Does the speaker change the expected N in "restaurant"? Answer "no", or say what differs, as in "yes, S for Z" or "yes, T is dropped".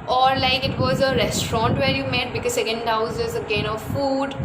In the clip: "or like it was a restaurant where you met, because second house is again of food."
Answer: no